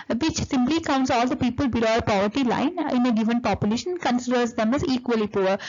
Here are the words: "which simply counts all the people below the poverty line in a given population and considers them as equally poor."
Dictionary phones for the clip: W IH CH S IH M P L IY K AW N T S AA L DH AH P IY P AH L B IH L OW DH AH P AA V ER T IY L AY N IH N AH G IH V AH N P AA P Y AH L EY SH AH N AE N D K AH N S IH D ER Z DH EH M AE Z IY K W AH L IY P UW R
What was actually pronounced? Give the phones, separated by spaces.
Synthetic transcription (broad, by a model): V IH CH S IH M P L IY K AW N T S AA L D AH P IY P AH L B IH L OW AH P AA V ER T IY L AY N IH N AH G IH V AH N P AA P Y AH L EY SH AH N N K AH N S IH D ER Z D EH M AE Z IY K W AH L IY P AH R